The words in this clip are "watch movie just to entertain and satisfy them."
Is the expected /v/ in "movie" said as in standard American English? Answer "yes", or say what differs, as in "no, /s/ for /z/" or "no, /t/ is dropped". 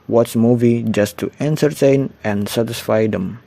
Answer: yes